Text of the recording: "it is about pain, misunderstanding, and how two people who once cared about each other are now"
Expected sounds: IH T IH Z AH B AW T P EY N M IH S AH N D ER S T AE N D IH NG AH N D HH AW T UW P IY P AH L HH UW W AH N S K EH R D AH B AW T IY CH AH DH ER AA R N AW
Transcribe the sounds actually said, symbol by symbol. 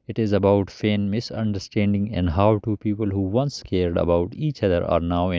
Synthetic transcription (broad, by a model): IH T IH Z AH B AW T F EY N M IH S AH N D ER S T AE N D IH NG AH N D HH AW T UW P IY P AH L HH UW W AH N S K EH R D AH B AW T IY CH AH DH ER AA R N AW